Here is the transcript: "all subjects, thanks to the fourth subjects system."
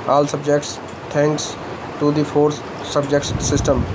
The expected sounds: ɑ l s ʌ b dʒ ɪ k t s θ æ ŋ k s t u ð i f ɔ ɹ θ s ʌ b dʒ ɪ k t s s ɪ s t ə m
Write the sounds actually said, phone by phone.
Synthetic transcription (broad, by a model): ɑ l s ʌ b dʒ ɪ k t s t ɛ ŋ k s t u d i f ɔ ɹ s s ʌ b dʒ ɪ k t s s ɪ s t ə m